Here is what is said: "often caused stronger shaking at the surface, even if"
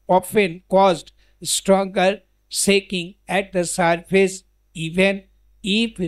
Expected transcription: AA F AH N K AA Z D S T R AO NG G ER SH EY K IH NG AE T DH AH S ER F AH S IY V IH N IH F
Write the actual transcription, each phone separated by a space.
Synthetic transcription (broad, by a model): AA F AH N K AA Z D S T R AO NG G ER S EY K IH NG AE T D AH S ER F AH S IY V IH N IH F